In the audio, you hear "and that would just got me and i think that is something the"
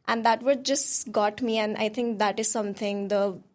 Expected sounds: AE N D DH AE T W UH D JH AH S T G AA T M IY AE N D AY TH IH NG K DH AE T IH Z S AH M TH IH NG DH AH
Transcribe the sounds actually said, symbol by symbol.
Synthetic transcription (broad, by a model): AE N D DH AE T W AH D JH AH S T G AA T M IY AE N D AY T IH NG K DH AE T IH Z S AH M T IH NG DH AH